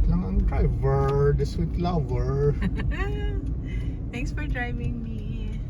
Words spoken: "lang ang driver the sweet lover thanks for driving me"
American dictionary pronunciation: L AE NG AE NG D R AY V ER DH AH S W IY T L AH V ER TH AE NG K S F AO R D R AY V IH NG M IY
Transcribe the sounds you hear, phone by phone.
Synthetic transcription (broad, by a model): L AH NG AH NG D R AY V ER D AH S W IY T L AH V ER T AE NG K S F AO R D R AY V IH NG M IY